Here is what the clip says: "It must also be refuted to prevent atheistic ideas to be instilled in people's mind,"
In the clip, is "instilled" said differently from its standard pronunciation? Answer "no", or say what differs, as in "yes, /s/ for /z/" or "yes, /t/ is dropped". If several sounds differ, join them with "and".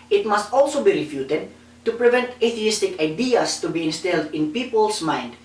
no